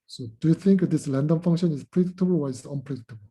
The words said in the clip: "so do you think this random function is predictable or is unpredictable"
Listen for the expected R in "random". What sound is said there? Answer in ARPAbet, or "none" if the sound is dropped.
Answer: L